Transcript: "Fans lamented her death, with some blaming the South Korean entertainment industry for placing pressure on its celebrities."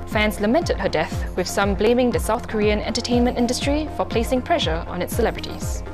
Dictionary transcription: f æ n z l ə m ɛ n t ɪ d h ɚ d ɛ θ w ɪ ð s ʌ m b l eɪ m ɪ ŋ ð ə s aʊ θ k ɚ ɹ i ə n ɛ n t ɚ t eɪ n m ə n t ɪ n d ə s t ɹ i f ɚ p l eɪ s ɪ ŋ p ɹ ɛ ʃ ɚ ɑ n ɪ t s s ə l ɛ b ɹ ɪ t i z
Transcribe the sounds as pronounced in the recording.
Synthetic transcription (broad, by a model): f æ n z l ə m ɛ n t ɪ d h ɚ d ɛ θ w ɪ ð s ʌ m b l eɪ m ɪ ŋ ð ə s aʊ θ k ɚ ɹ i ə n ɛ n t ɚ t eɪ n m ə n t ɪ n d ə s t ɹ i f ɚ p l eɪ s ɪ ŋ p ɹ ɛ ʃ ɚ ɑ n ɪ t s s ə l ɛ b ɹ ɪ t i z